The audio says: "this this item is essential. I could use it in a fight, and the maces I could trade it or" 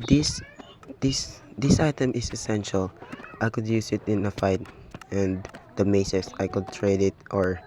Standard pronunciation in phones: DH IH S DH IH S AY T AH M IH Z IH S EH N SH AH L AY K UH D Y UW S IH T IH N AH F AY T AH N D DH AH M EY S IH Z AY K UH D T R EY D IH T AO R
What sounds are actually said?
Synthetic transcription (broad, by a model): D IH S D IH S AY T AH M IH S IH S EH N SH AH L AY K UH D Y UW S IH T IH N AH F AY T AH N D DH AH M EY S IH S AY K UH D T R EY D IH T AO R